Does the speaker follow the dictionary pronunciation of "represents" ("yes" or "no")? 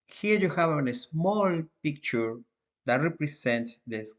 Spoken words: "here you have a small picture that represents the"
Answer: no